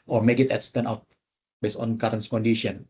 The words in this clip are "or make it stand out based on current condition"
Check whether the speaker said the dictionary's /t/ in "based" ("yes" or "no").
no